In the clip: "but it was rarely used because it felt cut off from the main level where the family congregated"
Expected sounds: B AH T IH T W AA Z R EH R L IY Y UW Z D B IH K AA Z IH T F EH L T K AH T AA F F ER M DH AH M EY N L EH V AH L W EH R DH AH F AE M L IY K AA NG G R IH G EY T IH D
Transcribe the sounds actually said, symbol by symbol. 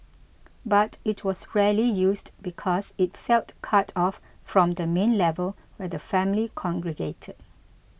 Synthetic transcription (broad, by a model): B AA T IH T W AA S R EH L IY Y UW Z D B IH K AA S IH T F EH L T K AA T AA F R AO M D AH M EY N L EH V AH L W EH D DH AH F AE M L IY K AA NG G R IH G EY T IH D